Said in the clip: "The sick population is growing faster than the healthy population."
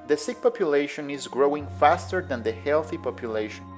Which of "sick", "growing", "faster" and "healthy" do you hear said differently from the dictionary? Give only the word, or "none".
none